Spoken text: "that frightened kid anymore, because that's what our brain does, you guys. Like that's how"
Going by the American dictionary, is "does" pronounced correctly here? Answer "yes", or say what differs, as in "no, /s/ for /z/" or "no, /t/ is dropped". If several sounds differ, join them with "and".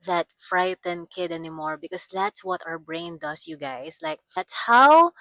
no, /s/ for /z/